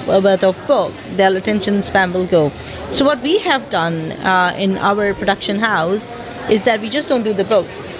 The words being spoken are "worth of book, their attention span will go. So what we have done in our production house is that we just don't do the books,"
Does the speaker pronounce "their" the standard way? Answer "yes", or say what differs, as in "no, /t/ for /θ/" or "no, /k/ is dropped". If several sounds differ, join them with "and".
no, /l/ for /ɹ/